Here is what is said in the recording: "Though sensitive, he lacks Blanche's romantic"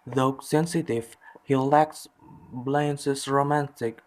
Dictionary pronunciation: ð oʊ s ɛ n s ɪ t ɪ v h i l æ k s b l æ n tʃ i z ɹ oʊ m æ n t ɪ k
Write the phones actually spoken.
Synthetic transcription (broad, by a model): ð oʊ s ɛ n s ɪ t ɪ v h i l æ k s b l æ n s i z ɹ oʊ m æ n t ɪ k